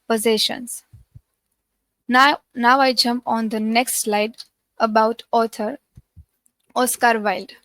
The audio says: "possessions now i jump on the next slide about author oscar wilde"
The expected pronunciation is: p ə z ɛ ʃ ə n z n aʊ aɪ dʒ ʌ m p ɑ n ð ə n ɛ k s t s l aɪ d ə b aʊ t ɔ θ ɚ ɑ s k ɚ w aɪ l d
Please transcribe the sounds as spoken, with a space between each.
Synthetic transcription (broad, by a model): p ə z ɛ ʃ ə n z n aʊ aɪ dʒ ʌ m p ɑ n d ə n ɛ k s t s l aɪ d ə b aʊ t ɔ t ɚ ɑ s k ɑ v aɪ l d